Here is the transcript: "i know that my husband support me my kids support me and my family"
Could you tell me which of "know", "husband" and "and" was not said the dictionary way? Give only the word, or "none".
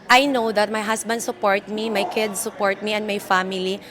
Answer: husband